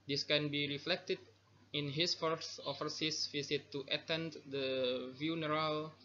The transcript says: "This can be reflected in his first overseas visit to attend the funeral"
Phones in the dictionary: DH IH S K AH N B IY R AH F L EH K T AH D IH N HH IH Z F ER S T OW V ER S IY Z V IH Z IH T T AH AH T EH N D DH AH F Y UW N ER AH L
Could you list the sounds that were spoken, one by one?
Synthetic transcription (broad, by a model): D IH S K AH N B IY R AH F L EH K T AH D IH N HH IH S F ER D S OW F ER S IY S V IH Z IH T T AH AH T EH N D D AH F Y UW N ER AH L